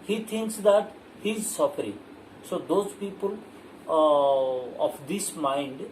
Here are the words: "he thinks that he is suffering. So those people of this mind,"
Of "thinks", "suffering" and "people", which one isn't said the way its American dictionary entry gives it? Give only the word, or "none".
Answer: thinks